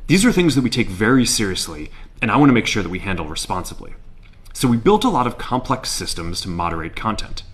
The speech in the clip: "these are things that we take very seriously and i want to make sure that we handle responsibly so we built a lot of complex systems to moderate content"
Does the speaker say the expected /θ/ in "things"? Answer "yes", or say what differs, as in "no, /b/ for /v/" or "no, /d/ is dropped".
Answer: yes